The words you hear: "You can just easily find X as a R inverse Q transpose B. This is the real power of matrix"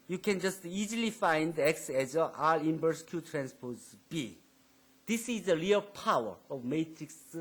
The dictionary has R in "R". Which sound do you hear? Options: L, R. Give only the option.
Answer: L